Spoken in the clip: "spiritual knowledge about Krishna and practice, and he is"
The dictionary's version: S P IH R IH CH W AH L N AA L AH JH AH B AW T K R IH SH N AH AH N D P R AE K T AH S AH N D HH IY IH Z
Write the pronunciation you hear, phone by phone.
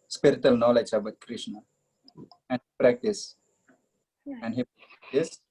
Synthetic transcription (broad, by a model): S P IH R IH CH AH L N AA L AH JH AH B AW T K R IH SH N AH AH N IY P R AE K T AH S AH N D HH IY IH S